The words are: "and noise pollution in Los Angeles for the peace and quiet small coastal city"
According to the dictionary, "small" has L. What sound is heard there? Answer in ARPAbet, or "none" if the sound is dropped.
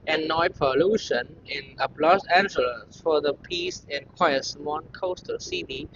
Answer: N